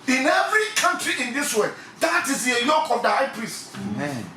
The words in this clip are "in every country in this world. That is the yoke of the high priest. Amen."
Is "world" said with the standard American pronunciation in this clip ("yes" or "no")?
no